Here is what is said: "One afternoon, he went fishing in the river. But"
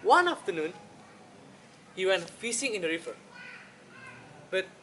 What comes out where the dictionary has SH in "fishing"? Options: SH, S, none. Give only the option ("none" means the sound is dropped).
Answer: S